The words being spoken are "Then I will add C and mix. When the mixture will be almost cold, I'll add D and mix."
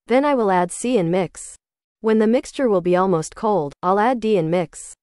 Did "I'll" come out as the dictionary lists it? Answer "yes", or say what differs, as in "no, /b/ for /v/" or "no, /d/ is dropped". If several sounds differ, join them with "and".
yes